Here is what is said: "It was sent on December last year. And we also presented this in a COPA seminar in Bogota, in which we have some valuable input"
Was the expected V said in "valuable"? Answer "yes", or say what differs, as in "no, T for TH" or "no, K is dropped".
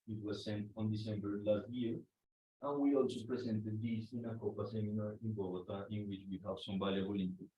no, B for V